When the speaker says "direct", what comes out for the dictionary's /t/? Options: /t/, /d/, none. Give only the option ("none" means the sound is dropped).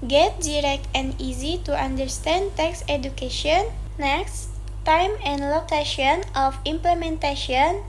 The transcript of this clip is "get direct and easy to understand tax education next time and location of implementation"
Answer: /t/